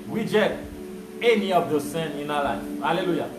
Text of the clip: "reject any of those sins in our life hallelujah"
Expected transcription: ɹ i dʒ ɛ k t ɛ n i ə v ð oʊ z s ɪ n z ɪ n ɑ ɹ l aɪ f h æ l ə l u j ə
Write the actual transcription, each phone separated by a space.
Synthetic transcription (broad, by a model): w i dʒ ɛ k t ɛ n i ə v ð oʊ s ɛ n ɪ n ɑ l aɪ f h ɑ l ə l u j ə